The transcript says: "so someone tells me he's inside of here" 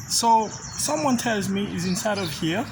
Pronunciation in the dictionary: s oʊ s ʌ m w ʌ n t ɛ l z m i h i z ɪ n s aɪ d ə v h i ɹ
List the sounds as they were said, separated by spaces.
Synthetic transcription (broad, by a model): s oʊ s ʌ m w ʌ n t ɛ l z m i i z ɪ n s aɪ d ə v h i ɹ